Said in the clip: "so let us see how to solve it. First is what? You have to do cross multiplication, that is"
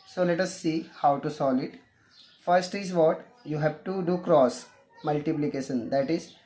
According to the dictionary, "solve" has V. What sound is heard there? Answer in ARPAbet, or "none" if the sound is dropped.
none